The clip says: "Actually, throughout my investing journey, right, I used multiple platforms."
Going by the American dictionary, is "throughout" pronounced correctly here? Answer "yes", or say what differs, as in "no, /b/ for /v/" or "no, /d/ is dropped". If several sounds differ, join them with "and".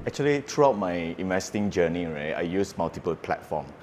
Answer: no, /t/ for /θ/